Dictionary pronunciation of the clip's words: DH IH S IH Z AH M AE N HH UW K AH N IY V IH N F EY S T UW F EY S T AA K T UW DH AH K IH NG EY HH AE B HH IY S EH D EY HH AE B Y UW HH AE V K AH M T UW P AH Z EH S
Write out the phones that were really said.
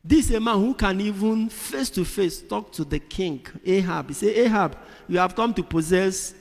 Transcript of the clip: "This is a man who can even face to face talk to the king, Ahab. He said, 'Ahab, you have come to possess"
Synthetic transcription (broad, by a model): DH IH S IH M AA N HH UW K AH N IY V IH N F EY S T UW F EY S T AA K T UW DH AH K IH NG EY HH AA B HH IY S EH EY HH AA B Y UW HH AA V K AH M T UW P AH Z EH S